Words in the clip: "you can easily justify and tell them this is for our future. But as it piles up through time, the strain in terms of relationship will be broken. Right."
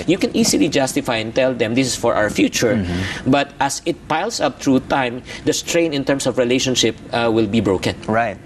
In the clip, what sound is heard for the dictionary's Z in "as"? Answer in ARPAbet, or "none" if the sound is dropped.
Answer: S